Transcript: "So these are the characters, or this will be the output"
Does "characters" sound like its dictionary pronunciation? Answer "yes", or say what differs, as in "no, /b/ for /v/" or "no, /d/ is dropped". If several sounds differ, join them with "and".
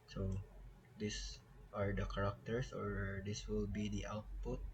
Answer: no, /s/ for /z/